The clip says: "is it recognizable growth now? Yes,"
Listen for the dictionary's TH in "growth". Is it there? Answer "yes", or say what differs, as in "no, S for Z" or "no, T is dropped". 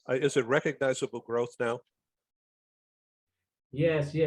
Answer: yes